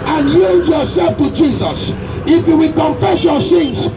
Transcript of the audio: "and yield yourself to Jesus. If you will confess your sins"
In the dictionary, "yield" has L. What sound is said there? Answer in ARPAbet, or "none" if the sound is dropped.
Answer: none